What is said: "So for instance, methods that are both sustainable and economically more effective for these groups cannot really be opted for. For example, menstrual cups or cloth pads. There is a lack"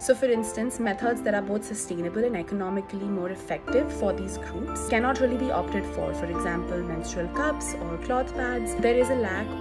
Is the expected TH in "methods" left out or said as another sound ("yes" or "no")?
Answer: yes